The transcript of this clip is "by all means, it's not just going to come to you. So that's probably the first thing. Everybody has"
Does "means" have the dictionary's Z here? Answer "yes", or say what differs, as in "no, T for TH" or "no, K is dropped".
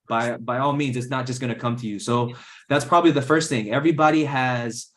yes